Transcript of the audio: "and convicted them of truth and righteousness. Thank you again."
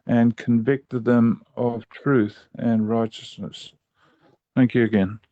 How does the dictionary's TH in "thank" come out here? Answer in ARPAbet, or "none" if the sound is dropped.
TH